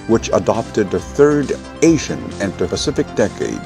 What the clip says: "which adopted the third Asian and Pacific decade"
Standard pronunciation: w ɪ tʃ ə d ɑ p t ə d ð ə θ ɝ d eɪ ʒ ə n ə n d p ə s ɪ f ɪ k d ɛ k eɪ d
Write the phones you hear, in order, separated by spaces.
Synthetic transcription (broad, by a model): w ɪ tʃ ə d ɑ p t ə d ð ə θ ɝ d eɪ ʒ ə n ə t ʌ p ə s ɪ f ɪ k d ɛ k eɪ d